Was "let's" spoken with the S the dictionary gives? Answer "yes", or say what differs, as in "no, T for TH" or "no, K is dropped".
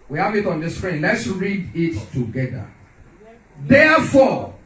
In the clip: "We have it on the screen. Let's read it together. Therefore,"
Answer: yes